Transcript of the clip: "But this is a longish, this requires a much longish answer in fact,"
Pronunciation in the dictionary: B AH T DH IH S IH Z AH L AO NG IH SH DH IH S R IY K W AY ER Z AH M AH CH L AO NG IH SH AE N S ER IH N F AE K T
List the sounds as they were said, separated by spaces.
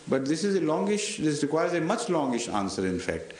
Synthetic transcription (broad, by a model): B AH T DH IH S IH Z AH L AO NG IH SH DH IH S R IY K W AY ER Z AH M AH CH L AO NG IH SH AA N S ER IH N F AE K T